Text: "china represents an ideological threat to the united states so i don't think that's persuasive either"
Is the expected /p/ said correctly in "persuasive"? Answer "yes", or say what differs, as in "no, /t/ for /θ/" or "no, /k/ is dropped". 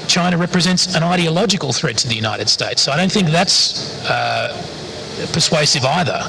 yes